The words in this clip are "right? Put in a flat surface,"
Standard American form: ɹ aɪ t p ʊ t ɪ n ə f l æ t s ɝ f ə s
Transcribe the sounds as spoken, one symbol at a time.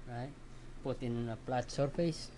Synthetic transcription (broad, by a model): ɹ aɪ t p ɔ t ɪ n ə p l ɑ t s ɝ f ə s